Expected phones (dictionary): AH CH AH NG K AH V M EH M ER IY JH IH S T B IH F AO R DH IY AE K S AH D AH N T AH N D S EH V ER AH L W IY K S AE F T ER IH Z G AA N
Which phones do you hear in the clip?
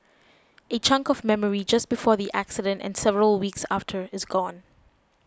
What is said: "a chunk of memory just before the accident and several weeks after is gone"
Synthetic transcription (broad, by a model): AH CH AH NG K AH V M EH M ER IY JH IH S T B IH F AO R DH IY AE K S AH D AH N T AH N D S EH V ER AH L W IY K S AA F T ER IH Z G AA N